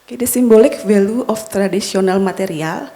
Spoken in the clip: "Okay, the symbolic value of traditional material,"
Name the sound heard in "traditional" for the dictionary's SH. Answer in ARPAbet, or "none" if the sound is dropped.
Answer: S